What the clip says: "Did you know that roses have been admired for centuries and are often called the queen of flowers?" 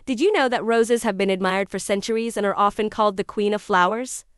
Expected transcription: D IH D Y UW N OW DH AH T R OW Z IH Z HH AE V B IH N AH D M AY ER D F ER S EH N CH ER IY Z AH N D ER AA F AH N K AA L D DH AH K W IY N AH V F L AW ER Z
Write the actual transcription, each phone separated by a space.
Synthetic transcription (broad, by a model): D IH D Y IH N OW DH AH T R OW Z IH Z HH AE V B IH N AH D M AY ER D F ER S EH N CH ER IY Z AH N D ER AA F AH N K AA L D DH AH K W IY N AH V F L AW ER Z